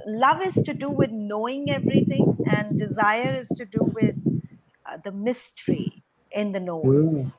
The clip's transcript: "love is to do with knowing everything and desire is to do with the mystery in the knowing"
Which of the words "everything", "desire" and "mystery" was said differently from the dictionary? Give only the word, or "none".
everything